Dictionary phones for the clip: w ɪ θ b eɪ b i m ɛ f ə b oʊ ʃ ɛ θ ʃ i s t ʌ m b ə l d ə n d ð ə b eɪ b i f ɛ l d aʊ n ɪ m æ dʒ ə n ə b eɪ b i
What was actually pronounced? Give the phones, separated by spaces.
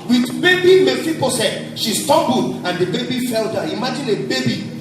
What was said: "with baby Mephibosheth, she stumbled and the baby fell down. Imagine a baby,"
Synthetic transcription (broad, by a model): w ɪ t b eɪ b i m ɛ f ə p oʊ s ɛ t ʃ i s t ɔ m b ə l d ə n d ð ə b eɪ b i f ɛ l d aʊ ɪ m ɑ dʒ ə n ə b eɪ b i